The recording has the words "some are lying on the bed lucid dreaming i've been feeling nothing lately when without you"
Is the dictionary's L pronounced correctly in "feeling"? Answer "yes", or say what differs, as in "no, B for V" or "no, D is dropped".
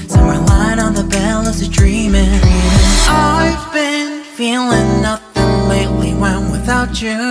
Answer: yes